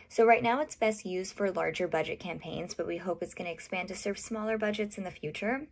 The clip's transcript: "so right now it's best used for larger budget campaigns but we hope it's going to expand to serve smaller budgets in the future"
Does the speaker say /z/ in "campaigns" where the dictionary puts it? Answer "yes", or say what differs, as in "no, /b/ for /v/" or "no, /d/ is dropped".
yes